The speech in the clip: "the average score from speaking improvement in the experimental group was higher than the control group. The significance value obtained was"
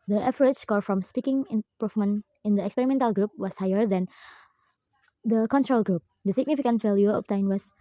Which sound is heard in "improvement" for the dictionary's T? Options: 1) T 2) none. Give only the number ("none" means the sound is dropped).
2